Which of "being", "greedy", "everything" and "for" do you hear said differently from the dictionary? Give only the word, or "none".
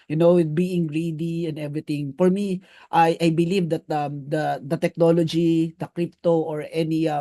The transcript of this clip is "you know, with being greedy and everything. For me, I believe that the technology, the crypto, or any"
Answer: everything